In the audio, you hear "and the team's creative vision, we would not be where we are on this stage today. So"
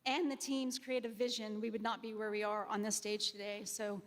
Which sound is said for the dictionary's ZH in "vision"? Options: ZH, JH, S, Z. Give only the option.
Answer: ZH